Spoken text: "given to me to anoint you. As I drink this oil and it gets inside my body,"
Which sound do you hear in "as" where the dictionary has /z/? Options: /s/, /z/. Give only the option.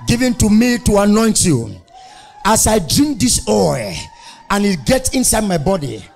/s/